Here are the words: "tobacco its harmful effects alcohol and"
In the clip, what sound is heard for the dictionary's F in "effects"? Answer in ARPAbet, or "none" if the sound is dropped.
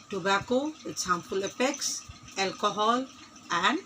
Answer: P